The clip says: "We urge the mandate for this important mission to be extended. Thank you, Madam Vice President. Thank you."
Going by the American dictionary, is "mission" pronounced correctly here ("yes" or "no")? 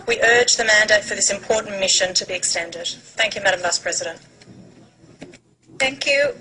yes